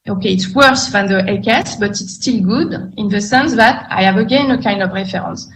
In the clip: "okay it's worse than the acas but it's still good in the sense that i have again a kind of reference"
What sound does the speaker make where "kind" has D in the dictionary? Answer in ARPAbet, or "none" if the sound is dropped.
D